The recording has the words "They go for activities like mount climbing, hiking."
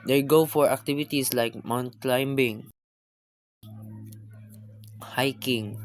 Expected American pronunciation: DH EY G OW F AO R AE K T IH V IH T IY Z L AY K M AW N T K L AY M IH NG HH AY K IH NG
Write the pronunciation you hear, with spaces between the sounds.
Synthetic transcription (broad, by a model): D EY G OW F AO R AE K T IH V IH T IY S L AY K M AW N T K L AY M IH NG HH AY K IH NG